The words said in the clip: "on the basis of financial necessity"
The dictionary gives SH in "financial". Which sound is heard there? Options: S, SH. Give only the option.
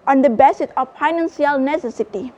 S